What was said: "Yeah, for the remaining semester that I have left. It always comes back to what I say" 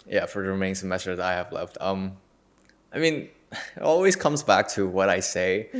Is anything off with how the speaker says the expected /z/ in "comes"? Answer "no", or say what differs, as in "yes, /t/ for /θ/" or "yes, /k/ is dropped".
no